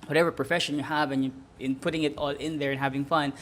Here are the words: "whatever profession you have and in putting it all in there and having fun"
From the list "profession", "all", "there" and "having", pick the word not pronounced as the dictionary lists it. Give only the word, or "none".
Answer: none